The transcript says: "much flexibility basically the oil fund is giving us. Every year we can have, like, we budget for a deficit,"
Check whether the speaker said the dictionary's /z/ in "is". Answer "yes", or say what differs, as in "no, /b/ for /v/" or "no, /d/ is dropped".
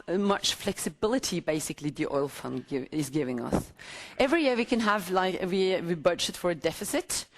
yes